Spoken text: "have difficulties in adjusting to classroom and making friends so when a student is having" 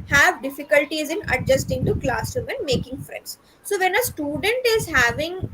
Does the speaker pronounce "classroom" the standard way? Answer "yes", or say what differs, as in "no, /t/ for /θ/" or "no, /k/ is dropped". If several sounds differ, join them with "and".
no, /ɹ/ is dropped